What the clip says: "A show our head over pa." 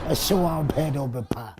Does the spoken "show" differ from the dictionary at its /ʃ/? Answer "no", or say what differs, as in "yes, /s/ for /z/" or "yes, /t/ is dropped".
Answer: yes, /s/ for /ʃ/